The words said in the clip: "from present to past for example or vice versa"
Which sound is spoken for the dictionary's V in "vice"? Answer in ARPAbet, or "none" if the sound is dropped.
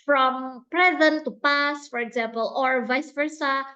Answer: V